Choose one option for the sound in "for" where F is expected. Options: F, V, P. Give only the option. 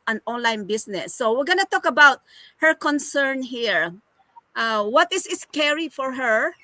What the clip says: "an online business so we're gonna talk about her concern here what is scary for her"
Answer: F